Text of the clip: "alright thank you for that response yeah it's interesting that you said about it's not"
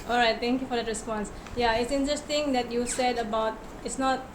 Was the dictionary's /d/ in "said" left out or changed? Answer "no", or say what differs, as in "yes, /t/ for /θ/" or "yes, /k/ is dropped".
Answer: no